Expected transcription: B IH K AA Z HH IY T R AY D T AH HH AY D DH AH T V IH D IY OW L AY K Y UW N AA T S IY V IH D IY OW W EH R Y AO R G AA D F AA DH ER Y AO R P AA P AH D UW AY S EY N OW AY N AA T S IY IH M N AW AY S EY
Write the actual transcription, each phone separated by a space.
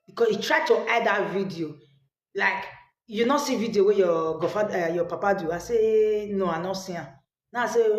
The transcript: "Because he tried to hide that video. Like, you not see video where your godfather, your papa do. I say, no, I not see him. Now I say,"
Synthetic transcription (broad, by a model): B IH K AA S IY T R AY D T AH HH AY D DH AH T V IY D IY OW L AY K Y UW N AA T S IY V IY D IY OW W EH Y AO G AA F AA ER Y AO P AA P AH D UW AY S EY N OW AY N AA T S IY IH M N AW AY S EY